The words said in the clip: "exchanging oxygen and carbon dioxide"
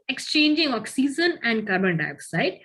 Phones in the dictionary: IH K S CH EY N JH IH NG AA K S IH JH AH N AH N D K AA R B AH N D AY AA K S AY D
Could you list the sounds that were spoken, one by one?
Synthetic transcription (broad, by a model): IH K S CH EY N JH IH NG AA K S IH Z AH N AH N D K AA R B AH N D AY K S AY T